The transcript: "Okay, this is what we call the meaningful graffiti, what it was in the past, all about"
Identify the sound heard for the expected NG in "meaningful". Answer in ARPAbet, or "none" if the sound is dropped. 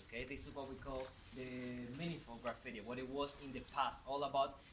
none